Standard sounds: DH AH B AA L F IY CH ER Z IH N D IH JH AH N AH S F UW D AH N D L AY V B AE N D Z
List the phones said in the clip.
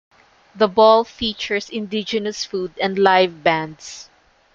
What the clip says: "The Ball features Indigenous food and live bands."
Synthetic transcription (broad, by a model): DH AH B AA L F IY CH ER S IH N D IH JH AH N AH S F UW D AH N D L AY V B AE N D S